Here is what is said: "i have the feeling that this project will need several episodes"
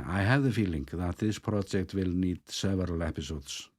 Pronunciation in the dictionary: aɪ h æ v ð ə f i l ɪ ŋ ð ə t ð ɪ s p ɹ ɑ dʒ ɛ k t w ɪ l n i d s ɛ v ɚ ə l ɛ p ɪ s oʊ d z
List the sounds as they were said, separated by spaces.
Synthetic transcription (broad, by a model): aɪ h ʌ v ð ə f i l ɪ ŋ ð ə t ð ɪ s p ɹ ɑ dʒ ɛ k t w ɪ l n i d s ɛ v ɚ ə l ɛ p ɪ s oʊ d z